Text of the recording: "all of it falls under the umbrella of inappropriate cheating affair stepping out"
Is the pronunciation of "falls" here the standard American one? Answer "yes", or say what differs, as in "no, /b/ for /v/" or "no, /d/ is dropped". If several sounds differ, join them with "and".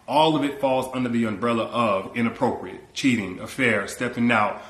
yes